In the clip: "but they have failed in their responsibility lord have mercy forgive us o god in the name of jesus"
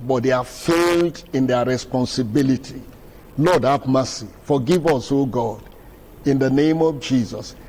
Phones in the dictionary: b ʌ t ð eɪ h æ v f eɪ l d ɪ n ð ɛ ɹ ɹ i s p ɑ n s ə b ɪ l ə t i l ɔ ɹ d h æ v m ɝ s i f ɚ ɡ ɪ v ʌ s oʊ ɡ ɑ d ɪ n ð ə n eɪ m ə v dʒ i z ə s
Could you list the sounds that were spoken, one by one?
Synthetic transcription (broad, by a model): b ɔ t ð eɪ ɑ f eɪ l d ɪ n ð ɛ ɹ ɹ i s p ɑ n s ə b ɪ l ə t i l ɔ d h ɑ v m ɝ s i f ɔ ɡ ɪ v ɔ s oʊ ɡ ɑ d ɪ n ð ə n eɪ m ə v dʒ i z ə s